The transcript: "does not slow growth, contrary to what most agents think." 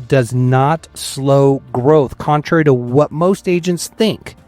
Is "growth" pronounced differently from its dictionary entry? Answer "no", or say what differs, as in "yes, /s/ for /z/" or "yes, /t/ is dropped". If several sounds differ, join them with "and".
no